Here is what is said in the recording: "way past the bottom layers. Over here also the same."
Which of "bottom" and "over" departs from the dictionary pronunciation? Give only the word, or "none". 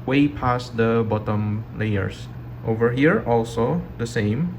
none